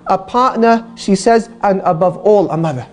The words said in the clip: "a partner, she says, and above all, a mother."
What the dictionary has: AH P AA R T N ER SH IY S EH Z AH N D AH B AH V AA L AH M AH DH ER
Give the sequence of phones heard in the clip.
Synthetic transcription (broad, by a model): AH P AA R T N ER SH IY S EH Z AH N AH B AH V AA L AH M AH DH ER